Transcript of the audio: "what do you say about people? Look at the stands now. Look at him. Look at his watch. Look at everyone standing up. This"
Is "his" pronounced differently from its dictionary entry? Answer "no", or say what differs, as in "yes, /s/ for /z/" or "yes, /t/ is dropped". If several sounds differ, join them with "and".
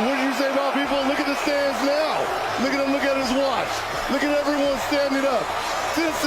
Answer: no